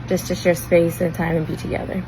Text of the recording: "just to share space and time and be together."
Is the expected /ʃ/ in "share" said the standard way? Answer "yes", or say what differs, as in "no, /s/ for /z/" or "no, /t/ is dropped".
no, /s/ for /ʃ/